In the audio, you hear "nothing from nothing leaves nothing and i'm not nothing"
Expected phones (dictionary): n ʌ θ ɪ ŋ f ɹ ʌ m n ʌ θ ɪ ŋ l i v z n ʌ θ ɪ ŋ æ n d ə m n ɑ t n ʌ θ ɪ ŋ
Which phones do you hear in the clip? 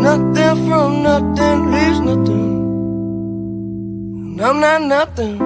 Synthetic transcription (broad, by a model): n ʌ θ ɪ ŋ f ɹ ʌ m n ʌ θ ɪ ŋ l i z n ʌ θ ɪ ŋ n ə m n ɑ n n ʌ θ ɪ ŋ